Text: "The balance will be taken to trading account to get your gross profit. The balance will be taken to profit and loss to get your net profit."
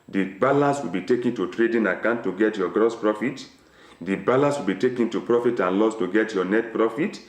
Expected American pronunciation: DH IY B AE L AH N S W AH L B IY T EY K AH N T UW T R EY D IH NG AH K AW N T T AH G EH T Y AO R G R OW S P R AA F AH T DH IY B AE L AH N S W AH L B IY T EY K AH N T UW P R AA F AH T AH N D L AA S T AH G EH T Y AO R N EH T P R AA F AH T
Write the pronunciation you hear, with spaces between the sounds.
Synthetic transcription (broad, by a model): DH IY B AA L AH N S W AH L B IY T EY K AH N T UW T R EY D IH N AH K AW N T T AH G EH T Y AO G R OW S P R AA F AH T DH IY B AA L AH N S W AH L B IY T EY K AH N T UW P R AA F AH T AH N L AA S T AH G EH T Y AO N EH T P R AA F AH T